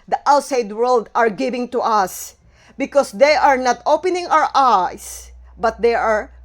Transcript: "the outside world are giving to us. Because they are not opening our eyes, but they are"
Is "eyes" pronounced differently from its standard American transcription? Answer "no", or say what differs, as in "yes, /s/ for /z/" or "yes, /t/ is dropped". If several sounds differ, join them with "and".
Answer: yes, /s/ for /z/